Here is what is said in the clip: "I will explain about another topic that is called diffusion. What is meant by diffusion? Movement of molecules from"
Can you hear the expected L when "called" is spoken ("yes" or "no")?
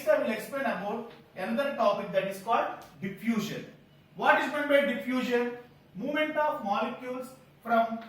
yes